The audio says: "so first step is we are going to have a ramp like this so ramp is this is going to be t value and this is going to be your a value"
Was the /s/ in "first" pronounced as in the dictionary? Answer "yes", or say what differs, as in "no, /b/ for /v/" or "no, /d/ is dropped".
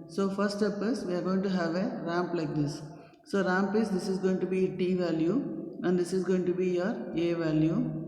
no, /s/ is dropped